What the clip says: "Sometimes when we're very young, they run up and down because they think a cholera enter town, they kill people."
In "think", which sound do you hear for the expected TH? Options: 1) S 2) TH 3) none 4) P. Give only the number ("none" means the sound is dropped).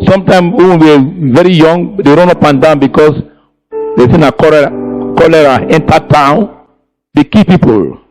1